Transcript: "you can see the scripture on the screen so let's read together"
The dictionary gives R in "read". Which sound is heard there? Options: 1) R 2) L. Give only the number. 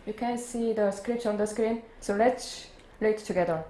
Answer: 2